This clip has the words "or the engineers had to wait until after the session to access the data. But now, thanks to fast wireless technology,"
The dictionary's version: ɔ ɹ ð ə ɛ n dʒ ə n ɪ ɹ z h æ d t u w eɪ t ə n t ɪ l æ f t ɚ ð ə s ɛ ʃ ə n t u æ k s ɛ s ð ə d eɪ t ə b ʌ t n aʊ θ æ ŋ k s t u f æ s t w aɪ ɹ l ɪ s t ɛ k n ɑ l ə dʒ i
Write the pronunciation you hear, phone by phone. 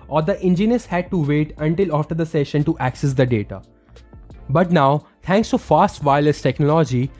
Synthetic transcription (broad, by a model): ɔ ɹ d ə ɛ n dʒ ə n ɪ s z h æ d t u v eɪ t ə n t ɪ l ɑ f t ɚ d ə s ɛ ʃ ə n t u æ k s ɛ s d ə d eɪ t ə b ʌ t n aʊ t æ ŋ k s t u f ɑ s t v aɪ l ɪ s t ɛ k n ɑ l dʒ i